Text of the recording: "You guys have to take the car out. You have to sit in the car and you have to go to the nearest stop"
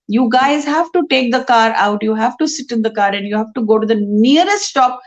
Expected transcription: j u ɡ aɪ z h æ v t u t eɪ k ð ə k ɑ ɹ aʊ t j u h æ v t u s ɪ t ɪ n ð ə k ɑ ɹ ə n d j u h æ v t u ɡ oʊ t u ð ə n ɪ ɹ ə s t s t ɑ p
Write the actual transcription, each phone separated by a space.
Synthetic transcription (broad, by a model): j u ɡ aɪ z h æ v t u t eɪ k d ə k ɑ ɹ aʊ t j u h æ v t u s ɪ t ɪ n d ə k ɑ ɹ ə n d j u h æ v t u ɡ oʊ t u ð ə n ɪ ɹ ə s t s t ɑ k